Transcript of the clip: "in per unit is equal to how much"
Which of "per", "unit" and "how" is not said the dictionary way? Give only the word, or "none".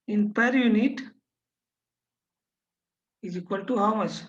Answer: none